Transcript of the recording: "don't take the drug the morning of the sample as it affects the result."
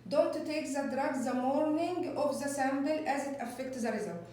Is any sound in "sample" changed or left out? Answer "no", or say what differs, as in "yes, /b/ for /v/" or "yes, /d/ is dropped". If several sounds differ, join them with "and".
yes, /b/ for /p/